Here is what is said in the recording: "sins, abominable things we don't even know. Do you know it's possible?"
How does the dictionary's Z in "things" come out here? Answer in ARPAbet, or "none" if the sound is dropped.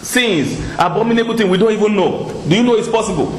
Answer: none